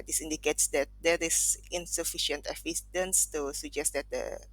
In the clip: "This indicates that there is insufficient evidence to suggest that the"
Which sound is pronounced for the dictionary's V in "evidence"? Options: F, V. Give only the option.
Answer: F